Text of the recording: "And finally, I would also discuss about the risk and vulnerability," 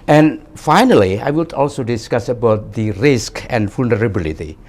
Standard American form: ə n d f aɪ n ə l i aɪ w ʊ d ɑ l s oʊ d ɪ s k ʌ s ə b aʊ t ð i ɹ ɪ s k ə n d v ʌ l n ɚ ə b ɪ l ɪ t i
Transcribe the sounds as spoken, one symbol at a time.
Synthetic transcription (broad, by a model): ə n d f aɪ n ə l i aɪ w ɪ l ɑ l s oʊ d ɪ s k ʌ s ə b aʊ t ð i ɹ ɪ s k ə n d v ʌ l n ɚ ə b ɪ l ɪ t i